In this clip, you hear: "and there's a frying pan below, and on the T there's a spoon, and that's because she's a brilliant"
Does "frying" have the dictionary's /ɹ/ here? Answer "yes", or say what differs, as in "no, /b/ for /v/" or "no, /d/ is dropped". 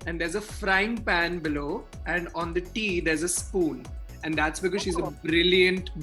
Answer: yes